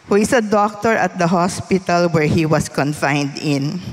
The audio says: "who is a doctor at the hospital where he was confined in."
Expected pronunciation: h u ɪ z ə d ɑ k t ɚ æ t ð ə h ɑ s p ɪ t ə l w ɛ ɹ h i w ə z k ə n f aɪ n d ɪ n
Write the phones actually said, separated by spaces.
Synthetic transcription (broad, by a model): h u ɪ s ə d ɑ k t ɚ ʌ t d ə h ɑ s p ɪ t ə l w ɛ ɹ h i w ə s k ə n f aɪ n d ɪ n